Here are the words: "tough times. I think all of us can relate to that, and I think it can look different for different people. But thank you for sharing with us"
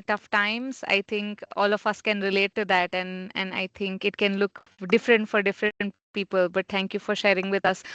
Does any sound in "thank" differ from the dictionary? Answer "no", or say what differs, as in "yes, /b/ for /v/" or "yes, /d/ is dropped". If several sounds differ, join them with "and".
yes, /t/ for /θ/